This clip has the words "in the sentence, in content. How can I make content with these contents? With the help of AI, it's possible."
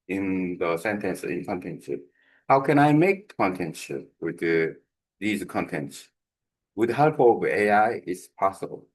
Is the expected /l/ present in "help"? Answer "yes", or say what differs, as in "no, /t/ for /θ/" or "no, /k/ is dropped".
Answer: yes